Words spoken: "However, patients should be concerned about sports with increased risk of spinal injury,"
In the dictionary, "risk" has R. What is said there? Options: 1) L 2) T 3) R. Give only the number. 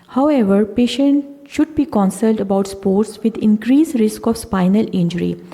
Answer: 3